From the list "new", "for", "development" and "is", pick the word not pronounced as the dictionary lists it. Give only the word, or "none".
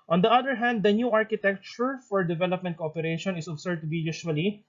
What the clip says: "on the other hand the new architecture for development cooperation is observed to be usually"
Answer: is